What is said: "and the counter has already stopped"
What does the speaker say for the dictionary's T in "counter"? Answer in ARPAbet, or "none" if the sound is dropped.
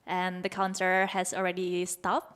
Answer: S